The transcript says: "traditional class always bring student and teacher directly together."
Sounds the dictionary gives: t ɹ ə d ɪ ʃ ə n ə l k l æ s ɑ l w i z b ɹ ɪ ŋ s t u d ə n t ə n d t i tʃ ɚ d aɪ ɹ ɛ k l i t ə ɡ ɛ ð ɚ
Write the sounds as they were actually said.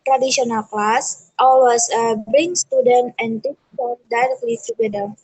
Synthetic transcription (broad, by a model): t ɹ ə d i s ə n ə l k l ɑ s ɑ l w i s b ɹ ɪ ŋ s t u d ə n t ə n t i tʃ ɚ d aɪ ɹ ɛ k l i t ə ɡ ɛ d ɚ